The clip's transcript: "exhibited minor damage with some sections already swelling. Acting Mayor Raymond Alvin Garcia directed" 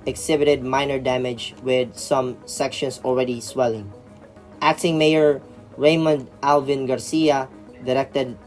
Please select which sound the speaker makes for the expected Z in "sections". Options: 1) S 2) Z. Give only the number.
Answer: 1